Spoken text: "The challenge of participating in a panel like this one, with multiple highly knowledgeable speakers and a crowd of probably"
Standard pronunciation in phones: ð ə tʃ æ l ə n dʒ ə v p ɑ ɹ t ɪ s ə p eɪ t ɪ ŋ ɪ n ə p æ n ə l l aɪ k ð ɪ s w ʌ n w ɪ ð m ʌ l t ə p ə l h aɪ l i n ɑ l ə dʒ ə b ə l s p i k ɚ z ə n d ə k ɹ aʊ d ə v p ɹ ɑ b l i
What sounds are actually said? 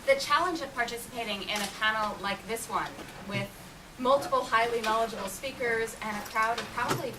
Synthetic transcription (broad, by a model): ð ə tʃ æ l ə n dʒ ə v p ɑ ɹ t ɪ s ə p eɪ t ɪ ŋ ɪ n ə p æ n l l aɪ k ð ɪ s w ʌ n w ɪ ð m ʌ l t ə p l h aɪ l i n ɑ l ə dʒ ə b l s p i k ɚ z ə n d ə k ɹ aʊ d ə v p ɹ ɑ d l i